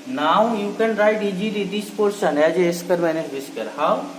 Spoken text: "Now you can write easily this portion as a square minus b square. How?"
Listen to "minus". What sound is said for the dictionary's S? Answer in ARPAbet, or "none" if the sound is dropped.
none